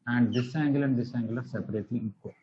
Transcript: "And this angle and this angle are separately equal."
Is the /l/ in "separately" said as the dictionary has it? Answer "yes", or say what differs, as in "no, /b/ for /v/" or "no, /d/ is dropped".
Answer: no, /l/ is dropped